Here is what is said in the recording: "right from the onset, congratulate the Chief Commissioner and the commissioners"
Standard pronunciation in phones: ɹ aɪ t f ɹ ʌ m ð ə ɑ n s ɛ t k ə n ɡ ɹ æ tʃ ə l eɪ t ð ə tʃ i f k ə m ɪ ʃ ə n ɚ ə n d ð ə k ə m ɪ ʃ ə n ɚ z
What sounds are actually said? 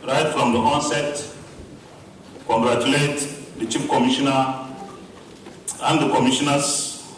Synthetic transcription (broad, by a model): ɹ aɪ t f ɹ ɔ m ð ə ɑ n s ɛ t k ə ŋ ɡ ɹ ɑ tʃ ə l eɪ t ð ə tʃ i p k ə m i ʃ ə n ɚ ə n d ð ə k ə m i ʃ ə n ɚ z